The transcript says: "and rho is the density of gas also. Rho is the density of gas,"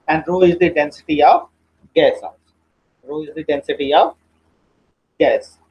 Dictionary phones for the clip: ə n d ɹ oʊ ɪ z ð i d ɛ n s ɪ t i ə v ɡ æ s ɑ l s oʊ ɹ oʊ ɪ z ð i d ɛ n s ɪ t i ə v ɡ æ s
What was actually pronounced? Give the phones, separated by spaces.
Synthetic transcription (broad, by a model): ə n d ɹ oʊ ɪ z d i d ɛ n s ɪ t i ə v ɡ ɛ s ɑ s ɹ oʊ ɪ z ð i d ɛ n s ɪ t i ə v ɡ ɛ s